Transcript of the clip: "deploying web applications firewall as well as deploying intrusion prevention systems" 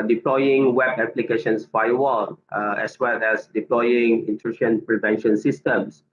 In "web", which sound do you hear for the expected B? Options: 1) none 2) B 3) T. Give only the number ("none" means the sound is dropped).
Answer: 2